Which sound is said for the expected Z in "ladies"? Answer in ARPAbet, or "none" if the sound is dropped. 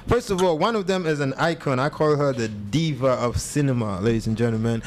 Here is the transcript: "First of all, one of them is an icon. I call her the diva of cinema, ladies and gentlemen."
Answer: Z